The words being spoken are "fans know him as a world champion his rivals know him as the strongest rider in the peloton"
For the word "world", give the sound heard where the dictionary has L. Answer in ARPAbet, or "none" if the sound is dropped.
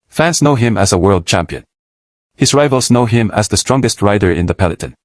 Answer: L